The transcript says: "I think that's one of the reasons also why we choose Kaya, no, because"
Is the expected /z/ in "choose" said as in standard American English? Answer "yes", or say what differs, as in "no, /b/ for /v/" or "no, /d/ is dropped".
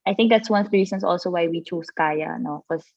no, /s/ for /z/